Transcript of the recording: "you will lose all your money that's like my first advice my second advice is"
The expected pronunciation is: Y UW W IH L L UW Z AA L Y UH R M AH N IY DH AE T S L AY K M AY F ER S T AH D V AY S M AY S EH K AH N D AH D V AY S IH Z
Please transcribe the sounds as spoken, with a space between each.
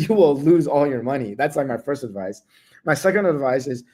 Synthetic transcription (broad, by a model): Y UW W IH L L UW Z AA L Y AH R M AH N IY DH AE T S L AY K M AY F ER S T AH D V AY S M AY S EH K AH N D AH D V AY S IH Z